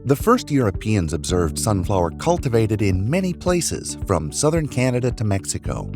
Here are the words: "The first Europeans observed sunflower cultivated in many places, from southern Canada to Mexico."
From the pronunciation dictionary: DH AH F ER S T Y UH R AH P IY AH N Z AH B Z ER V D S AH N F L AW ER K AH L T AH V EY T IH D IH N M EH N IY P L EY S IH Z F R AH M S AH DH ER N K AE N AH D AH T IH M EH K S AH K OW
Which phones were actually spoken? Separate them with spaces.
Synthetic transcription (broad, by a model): DH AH F ER S T Y UH R AH P IY AH N Z AH B Z ER V D S AH N F L AW ER K AH L T AH V EY T IH D IH N M EH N IY P L EY S IH Z F R AH M S AH DH ER N K AE N AH D AH T IH M EH K S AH K OW